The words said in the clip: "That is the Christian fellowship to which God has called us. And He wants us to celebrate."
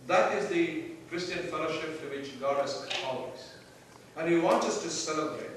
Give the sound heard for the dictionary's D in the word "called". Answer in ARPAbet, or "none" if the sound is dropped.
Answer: none